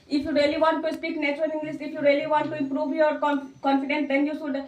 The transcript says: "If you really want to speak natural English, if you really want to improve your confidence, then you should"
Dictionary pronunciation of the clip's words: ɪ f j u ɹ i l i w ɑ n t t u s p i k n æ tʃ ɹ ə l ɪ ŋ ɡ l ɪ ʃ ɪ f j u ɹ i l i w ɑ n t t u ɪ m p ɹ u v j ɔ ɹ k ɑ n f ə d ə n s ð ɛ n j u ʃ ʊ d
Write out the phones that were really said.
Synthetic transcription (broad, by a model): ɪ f j u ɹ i l i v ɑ n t t u s p i k n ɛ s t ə n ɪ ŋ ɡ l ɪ s ɪ f j u ɹ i l i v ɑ n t t u ɪ m p ɹ u v j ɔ ɹ k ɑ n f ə d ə n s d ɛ n j u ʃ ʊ d